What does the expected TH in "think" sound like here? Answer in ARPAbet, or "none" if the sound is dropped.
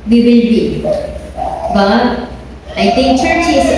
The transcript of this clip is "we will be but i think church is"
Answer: T